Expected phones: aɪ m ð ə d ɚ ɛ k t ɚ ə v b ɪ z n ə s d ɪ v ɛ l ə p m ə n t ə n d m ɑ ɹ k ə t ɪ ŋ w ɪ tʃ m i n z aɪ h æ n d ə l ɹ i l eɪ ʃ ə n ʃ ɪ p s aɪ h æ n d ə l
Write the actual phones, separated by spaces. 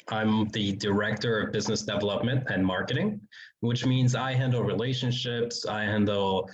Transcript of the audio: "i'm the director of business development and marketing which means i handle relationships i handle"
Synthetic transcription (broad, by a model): aɪ m ð ə d ɚ ɛ k t ɚ ə v b ɪ z n ə s d ɪ v ɛ l ə p m ə n t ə n m ɑ ɹ k ə t ɪ ŋ w ɪ tʃ m i n z aɪ h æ n d l ɹ i l eɪ ʃ ə n ʃ ɪ p s aɪ h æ n d l